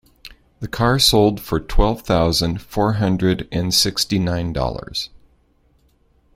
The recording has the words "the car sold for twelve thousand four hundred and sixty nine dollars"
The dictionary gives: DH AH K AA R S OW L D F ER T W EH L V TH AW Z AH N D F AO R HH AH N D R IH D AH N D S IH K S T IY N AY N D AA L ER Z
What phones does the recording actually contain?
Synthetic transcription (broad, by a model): DH AH K AA R S OW L D F ER T W EH L V TH AW Z AH N D F AO R HH AH N D R IH D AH N S IH K S T IY N AY N D AA L ER Z